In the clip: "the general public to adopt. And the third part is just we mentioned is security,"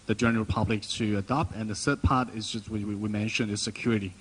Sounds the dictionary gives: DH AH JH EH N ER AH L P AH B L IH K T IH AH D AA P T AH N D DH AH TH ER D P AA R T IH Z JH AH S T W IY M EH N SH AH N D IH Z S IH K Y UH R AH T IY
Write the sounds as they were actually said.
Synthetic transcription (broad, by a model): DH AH JH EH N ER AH P AH B L IH K T IH AH D AA P T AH N DH AH S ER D P AA R T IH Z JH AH S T W IY M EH N SH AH N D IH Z S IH K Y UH R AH T IY